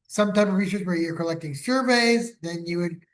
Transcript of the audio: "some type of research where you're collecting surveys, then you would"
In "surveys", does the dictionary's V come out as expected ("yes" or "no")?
yes